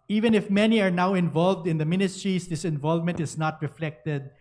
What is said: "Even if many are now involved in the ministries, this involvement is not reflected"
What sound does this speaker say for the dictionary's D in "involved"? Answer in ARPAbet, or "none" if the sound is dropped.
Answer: D